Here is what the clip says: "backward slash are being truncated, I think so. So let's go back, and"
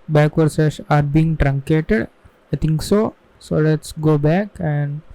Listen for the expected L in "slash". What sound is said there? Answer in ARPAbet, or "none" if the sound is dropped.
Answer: none